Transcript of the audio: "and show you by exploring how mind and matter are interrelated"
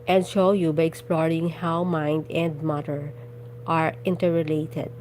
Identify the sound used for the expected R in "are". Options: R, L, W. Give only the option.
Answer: R